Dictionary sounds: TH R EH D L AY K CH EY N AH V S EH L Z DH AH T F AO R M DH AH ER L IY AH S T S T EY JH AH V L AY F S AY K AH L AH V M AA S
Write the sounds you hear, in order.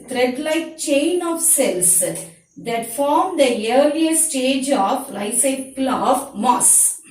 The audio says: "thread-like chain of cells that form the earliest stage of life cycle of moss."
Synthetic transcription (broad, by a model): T R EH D L AY K CH EY N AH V S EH L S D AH T F AO R M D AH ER L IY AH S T S T EY JH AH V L AY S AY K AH L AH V M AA S